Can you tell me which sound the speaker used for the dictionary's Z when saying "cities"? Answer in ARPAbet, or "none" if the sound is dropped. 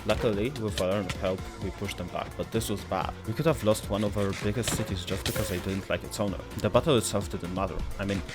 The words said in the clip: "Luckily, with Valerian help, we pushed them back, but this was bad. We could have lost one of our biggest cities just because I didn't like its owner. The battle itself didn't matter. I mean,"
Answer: Z